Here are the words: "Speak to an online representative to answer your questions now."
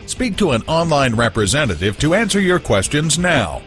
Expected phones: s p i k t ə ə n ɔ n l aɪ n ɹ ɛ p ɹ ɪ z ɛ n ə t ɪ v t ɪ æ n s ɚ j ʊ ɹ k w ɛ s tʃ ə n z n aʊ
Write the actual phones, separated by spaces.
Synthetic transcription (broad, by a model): s p i k t ə ə n ɔ n l aɪ n ɹ ɛ p ɹ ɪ z ɛ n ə t ɪ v t ɪ æ n s ɚ j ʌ ɹ k w ɛ s tʃ ə n z n aʊ